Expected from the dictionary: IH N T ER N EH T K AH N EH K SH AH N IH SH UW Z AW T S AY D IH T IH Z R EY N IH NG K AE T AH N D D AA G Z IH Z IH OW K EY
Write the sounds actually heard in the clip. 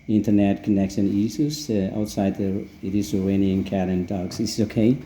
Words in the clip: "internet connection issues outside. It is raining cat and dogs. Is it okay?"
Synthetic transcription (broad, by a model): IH N T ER N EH T K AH N EH K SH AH N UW S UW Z AW T S AY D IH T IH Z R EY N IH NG K AE T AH N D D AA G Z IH IH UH K EY